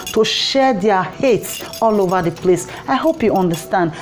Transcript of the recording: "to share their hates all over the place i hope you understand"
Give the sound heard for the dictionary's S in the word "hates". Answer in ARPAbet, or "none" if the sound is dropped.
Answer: S